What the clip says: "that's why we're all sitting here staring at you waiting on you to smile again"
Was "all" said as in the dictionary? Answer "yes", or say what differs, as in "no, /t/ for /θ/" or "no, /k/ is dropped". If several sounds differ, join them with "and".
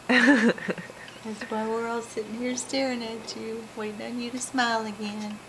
yes